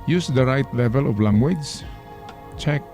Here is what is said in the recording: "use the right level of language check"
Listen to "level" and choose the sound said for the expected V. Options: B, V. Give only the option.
V